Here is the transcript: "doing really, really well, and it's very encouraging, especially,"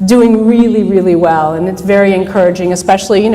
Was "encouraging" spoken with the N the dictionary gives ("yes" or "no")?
yes